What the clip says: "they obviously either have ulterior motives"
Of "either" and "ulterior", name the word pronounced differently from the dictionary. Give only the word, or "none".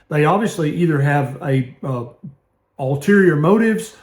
none